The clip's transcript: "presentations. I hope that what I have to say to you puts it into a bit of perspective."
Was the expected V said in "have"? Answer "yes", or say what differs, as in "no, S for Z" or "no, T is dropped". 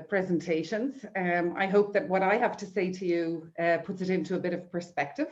no, F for V